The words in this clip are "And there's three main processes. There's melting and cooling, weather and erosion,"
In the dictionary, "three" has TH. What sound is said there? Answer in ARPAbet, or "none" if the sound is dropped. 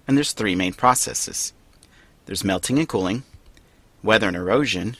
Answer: TH